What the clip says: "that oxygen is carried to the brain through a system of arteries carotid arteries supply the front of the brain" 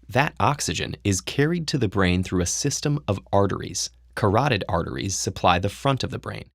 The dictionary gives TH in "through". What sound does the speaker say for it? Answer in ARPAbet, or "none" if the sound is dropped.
TH